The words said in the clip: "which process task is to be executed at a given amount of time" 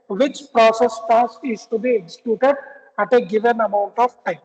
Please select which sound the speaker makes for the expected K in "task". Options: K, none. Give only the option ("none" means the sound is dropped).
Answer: none